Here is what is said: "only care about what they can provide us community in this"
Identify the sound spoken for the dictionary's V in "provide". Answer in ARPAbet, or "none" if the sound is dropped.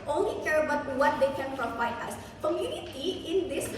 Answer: F